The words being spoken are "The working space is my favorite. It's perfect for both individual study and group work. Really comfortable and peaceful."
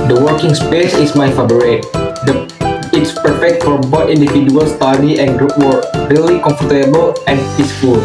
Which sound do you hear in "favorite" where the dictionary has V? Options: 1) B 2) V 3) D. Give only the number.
1